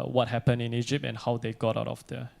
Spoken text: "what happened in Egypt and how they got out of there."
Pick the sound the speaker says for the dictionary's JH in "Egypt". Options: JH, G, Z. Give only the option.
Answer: JH